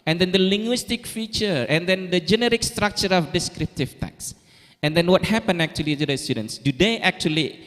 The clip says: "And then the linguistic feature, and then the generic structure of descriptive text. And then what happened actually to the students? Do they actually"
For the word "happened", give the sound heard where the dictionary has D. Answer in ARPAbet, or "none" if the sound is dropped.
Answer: none